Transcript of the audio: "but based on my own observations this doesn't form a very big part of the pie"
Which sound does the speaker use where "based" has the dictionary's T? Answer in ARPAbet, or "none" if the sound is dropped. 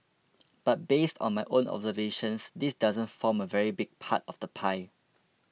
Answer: T